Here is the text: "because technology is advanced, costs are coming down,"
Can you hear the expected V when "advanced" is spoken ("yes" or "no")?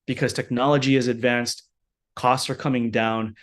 yes